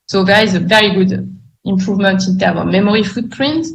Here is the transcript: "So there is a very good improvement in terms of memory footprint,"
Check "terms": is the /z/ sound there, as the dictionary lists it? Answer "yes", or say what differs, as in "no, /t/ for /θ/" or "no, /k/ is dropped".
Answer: no, /z/ is dropped